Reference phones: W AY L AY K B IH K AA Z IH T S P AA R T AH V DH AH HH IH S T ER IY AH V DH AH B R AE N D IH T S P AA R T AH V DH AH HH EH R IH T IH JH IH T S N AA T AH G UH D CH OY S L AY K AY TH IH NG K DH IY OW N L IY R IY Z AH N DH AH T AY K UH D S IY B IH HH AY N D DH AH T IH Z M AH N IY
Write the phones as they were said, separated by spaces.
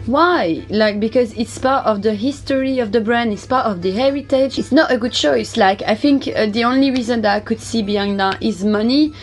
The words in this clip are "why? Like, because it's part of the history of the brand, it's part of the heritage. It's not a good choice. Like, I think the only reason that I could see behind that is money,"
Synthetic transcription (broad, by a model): W AY L AY K B IH K AA Z IH T S P AA R T AH V DH AH HH IH S T ER IY AH V DH AH B R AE N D IH T S P AA R T AH V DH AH HH EH R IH T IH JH IH T S N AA T AH G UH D CH OY S L AY K AY TH IH NG K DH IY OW N L IY R IY Z AH N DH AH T AY K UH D S IY B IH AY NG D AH T IH Z M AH N IY